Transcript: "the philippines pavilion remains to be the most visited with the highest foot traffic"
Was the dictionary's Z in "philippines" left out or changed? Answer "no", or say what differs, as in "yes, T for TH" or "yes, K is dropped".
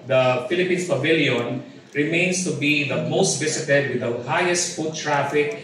yes, S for Z